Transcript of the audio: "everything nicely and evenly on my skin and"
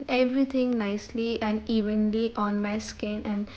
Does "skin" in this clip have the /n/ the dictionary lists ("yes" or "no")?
yes